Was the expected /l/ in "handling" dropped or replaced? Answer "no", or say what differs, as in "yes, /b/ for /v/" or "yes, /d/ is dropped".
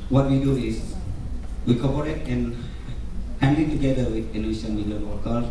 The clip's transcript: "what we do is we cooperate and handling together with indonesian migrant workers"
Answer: yes, /l/ is dropped